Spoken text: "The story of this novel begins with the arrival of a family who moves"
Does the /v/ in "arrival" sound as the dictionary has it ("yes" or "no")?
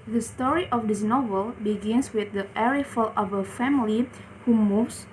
no